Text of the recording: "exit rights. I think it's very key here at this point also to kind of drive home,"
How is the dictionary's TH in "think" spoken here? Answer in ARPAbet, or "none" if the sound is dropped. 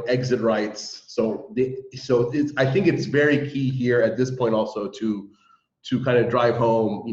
TH